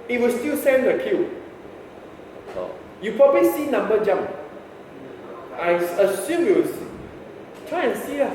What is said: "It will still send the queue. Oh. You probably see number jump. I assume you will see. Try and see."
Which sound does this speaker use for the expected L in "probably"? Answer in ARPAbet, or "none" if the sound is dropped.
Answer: none